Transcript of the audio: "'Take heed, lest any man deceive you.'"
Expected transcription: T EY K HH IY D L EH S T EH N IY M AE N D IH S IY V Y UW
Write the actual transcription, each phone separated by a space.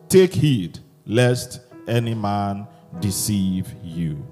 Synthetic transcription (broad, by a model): T EY K HH IY D L EH S T EH N IY M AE N D IH S IY V Y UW